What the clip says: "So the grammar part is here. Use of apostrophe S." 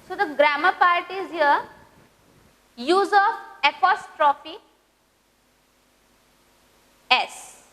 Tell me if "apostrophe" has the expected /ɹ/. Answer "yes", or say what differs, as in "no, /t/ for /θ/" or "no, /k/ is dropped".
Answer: yes